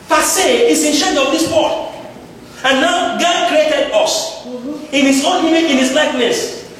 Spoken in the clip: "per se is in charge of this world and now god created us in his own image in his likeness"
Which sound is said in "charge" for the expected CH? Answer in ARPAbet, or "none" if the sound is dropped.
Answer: SH